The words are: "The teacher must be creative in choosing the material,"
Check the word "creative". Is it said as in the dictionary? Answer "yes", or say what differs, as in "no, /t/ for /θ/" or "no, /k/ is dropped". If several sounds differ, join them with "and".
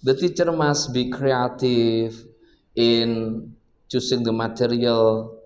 no, /f/ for /v/